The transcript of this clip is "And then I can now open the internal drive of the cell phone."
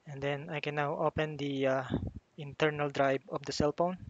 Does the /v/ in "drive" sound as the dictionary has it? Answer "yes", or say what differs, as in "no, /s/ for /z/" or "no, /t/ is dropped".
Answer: no, /b/ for /v/